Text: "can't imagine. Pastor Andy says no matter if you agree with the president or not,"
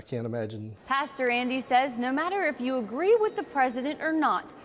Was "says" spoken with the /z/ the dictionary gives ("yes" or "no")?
yes